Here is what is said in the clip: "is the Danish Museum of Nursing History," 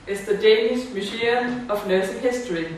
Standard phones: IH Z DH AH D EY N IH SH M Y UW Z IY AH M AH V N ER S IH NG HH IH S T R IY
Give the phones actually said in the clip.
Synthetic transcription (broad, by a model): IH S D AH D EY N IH S M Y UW S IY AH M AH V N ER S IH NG HH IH S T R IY